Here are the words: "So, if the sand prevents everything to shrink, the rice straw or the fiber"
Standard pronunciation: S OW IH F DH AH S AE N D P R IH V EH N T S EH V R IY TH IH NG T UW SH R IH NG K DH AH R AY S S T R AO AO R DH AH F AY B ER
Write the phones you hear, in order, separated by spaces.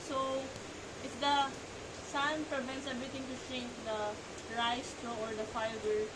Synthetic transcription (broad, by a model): S OW IH F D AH S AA N P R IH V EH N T S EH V R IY T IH NG T UW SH EH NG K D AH R AY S S T R AO AO R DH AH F AY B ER